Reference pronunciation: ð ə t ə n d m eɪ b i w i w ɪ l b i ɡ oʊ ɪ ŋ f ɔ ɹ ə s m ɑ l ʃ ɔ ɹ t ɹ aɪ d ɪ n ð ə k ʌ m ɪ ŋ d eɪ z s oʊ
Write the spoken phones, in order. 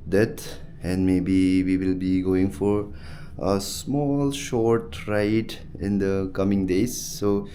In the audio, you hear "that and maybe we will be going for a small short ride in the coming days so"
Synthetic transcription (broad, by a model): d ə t ə n d m eɪ b i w i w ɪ l b i ɡ oʊ ɪ ŋ f ɔ ɹ ə s m ɑ l ʃ ɔ ɹ t ɹ aɪ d ɪ n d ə k ʌ m ɪ ŋ d eɪ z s oʊ